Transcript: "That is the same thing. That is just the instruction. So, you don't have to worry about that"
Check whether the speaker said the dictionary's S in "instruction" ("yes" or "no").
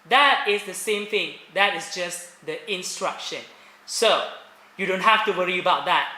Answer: yes